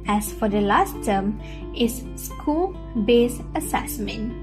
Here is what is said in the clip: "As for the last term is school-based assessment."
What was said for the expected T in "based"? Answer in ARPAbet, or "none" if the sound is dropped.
none